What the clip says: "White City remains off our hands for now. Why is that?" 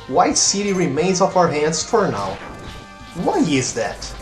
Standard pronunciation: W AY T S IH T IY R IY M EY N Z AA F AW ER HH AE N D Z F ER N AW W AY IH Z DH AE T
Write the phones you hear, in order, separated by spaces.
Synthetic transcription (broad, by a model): W AY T S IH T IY R IY M EY N Z AA F AW ER HH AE N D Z F ER N AW W AY IH Z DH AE T